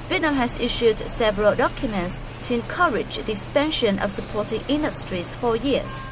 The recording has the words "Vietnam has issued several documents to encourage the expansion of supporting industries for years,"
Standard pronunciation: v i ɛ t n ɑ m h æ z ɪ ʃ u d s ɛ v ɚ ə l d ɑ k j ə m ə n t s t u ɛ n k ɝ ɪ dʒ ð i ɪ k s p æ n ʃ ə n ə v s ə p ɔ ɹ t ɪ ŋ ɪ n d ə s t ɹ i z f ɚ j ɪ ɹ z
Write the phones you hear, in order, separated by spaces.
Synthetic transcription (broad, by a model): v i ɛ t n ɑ m h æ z ɪ ʃ u d s ɛ v ɚ ə l d ɑ k j ə m ə n t s t u ɛ n k ɝ ɪ dʒ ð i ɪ k s p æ n ʃ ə n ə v s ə p ɔ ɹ t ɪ ŋ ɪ n d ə s t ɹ i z f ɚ j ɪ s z